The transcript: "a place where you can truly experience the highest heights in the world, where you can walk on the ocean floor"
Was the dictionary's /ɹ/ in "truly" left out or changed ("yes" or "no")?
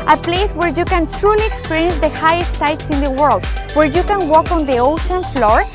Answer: no